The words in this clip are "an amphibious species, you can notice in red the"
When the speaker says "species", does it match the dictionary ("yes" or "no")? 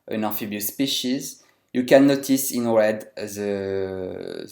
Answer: yes